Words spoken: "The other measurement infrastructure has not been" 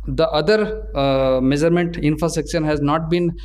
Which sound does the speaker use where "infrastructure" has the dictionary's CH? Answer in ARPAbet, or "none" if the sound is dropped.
SH